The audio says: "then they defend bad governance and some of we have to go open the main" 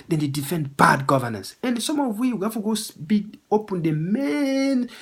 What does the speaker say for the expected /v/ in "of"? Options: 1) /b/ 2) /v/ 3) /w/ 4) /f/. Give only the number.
3